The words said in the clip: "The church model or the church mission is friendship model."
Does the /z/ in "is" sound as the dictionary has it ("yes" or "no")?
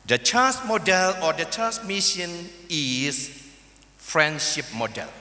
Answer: no